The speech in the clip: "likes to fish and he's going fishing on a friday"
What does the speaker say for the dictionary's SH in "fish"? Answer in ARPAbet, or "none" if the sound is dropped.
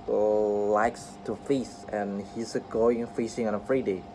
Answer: S